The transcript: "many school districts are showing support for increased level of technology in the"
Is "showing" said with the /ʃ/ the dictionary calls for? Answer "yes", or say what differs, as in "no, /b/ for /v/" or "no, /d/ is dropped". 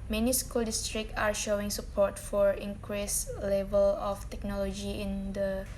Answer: yes